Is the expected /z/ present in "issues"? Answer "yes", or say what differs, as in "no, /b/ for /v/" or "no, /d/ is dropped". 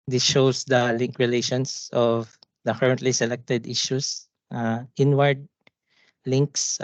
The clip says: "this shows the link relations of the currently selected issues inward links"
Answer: no, /s/ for /z/